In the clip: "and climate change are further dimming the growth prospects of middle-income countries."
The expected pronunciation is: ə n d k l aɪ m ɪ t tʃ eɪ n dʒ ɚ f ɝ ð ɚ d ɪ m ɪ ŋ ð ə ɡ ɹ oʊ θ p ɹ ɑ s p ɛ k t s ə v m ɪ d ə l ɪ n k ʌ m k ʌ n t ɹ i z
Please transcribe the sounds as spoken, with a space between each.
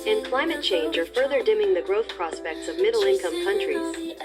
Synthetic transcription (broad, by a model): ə n k l aɪ m ɪ t tʃ eɪ n dʒ ɚ f ɝ ð ɚ d ɪ m ɪ ŋ ð ə ɡ ɹ oʊ θ p ɹ ɑ s p ɛ k t s ə v m ɪ d l ɪ n k ʌ m k ʌ n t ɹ i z